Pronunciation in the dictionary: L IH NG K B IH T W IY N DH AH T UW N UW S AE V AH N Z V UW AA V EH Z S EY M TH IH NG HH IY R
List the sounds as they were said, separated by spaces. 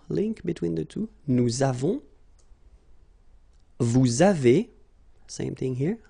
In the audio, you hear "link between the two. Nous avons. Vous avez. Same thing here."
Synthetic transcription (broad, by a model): L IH NG K B IH T W IY N DH AH T UW N UW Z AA V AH V UW AA V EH S EY M TH IH NG HH IY R